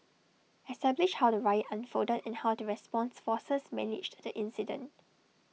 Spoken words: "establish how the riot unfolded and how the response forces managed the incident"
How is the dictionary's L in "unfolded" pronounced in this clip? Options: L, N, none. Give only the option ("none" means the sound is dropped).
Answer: none